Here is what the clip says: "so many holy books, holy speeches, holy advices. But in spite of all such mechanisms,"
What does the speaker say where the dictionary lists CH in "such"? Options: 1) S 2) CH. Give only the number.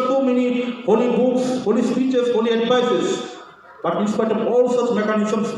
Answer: 2